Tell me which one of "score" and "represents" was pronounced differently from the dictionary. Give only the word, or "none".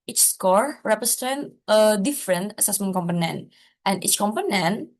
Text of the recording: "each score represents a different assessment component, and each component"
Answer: represents